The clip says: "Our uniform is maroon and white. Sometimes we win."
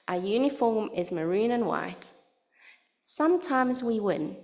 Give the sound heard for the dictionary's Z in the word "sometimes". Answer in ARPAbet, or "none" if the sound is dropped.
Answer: Z